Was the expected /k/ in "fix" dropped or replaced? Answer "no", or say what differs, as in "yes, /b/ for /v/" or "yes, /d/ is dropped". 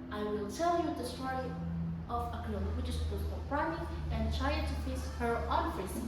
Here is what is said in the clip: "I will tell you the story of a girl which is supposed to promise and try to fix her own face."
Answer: yes, /k/ is dropped